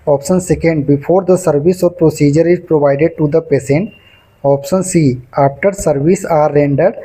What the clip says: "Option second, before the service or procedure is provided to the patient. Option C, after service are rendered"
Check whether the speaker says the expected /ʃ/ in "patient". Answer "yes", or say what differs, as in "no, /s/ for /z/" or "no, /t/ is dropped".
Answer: no, /s/ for /ʃ/